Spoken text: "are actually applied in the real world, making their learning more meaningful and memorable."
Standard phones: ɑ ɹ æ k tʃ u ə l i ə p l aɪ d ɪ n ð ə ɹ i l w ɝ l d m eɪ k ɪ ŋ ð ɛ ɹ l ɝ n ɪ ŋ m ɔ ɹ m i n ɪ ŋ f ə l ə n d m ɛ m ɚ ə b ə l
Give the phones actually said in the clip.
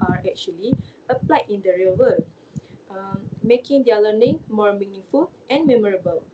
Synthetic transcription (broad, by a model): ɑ ɹ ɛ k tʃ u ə l i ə p l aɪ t ɪ n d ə ɹ i l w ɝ l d m eɪ k ɪ ŋ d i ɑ l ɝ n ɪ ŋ m ɔ ɹ m i n ɪ ŋ f ə l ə n m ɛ m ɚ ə b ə l